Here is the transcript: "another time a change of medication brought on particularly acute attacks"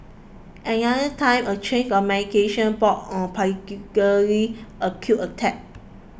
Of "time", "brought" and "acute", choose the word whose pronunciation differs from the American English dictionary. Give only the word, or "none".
brought